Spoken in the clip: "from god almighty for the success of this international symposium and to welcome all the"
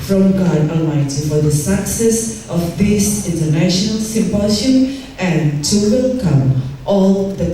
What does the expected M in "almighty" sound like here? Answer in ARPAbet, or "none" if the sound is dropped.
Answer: none